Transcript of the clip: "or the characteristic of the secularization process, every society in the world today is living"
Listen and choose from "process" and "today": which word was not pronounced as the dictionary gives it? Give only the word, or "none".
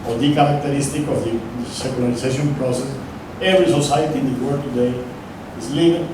none